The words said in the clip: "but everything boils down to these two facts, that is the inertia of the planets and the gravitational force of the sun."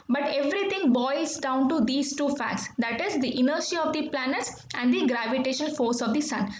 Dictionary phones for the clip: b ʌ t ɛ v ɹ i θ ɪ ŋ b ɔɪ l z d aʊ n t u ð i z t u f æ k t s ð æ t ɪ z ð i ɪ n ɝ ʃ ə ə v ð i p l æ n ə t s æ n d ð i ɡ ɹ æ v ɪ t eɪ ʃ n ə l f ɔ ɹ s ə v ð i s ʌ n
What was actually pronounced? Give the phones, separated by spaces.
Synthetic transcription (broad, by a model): b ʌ t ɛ v ɹ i t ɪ ŋ b ɔɪ z d aʊ n t u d i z t u f æ k t s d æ t ɪ z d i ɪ n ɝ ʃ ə ə v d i p l æ n ə t s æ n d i ɡ ɹ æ v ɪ t eɪ ʃ ə n f ɔ ɹ s ə v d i s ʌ n